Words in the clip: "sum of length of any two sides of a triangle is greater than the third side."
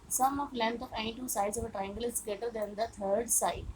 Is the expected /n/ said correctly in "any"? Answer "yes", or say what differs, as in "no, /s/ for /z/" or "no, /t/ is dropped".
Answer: no, /n/ is dropped